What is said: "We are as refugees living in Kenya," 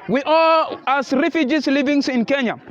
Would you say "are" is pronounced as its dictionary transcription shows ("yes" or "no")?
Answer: no